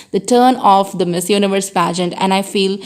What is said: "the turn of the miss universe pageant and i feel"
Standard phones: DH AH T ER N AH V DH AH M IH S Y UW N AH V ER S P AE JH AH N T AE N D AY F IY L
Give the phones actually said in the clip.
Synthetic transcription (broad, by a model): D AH T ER N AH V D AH M IH S Y UW N AH V ER S P AE JH AH N T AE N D AY F IY L